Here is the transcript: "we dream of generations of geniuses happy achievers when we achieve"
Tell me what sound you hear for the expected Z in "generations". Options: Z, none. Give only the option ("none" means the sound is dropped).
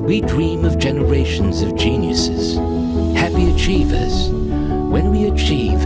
Z